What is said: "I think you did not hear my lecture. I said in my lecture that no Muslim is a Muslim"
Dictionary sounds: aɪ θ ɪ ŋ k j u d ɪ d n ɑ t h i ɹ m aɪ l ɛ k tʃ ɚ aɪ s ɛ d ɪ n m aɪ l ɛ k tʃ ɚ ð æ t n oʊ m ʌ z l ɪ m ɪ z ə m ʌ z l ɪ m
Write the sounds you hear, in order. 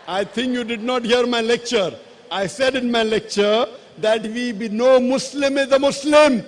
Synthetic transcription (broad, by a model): aɪ t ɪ ŋ k j u d ɪ d n ɑ t h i ɹ m aɪ l ɛ k tʃ ɚ aɪ s ɛ d ɪ n m aɪ l ɛ k tʃ ɚ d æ t n oʊ m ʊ s l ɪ m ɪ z ə m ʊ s l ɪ m